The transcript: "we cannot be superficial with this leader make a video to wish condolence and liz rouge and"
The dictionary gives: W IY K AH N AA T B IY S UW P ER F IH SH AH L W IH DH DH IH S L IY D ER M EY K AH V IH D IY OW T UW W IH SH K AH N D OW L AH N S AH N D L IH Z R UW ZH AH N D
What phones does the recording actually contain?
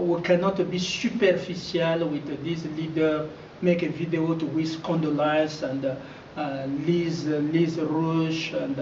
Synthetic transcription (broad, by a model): W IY K AH N AA T B IY S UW P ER F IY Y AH L W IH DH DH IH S L IY D ER M EY K AH V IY D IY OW T UW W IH S K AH N D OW L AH S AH N D L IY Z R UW SH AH N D